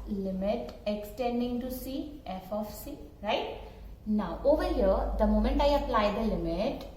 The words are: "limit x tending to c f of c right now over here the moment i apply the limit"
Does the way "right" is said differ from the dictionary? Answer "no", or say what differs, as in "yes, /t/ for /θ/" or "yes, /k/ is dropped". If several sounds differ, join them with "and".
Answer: no